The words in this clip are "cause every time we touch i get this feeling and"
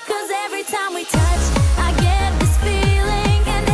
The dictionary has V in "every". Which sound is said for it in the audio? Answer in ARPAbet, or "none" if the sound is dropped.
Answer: V